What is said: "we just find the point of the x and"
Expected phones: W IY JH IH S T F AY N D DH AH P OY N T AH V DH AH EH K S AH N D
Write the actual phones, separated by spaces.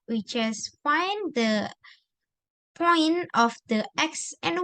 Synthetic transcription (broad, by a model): W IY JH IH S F AY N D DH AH P OY N AH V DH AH EH K S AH N